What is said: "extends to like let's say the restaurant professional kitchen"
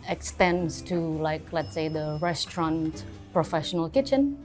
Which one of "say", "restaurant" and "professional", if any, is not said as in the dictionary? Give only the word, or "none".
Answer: none